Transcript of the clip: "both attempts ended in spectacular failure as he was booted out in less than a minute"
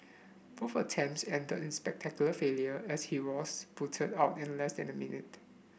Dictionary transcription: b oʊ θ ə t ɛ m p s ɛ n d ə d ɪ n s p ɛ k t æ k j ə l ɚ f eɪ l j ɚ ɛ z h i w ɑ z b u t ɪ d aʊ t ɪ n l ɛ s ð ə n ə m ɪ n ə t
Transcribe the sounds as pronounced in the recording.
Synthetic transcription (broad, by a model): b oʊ f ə t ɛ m s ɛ n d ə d ɪ n s p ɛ k t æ k j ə l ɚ f eɪ l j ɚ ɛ s h i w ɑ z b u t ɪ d aʊ t ɪ n l ɛ s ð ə n ə m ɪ n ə t